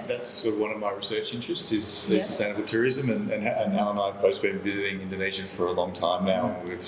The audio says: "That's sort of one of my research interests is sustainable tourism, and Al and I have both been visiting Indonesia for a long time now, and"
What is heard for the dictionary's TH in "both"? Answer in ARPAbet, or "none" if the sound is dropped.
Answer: S